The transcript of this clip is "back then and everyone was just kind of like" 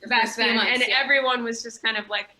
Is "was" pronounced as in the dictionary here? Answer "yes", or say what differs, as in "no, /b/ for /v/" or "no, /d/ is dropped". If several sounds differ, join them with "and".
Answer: yes